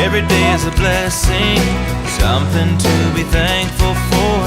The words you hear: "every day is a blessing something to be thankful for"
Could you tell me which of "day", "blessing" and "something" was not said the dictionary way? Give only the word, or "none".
none